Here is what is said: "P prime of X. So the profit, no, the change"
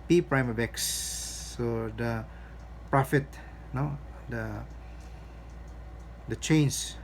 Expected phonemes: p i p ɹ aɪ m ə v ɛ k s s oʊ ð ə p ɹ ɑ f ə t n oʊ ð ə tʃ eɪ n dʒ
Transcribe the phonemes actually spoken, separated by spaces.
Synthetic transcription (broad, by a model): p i p ɹ aɪ m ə b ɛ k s s oʊ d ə p ɹ ɑ f ə t n oʊ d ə tʃ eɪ n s